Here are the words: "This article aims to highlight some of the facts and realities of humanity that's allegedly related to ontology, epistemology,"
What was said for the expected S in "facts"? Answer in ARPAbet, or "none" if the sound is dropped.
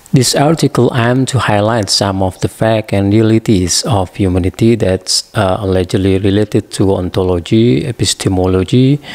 none